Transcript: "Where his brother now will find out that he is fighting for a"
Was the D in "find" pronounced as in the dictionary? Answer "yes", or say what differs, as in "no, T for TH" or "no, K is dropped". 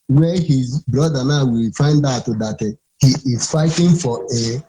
yes